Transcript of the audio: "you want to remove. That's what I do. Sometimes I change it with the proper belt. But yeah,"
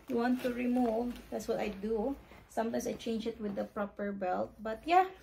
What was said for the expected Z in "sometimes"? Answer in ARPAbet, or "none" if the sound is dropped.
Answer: S